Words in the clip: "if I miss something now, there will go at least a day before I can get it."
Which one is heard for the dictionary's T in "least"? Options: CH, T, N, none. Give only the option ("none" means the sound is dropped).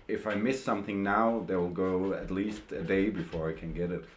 T